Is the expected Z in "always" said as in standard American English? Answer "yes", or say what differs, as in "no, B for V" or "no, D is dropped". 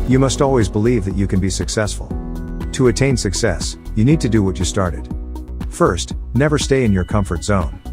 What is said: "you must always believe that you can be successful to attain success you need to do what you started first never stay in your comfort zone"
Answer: yes